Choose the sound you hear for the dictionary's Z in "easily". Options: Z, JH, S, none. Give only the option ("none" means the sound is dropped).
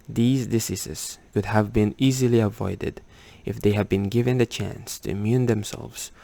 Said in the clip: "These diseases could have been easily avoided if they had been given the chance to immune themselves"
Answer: Z